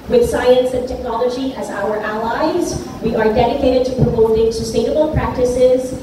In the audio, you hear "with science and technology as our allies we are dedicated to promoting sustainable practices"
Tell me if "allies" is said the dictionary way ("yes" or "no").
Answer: yes